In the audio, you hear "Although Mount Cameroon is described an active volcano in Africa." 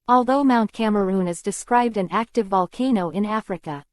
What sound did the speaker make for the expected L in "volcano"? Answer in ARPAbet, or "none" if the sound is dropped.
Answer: L